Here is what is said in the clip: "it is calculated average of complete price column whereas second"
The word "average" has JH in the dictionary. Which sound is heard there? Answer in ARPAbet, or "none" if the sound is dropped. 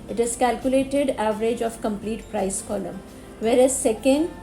JH